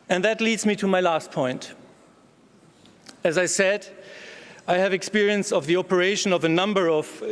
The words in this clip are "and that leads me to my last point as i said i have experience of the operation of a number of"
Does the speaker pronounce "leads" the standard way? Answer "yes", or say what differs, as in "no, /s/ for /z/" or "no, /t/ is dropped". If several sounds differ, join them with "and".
yes